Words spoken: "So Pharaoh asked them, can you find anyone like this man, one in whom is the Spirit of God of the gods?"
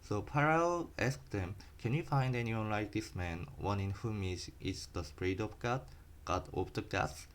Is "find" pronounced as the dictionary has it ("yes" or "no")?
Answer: yes